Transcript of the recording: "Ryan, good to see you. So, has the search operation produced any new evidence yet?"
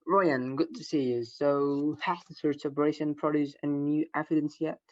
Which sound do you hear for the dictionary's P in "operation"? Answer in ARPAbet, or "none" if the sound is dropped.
B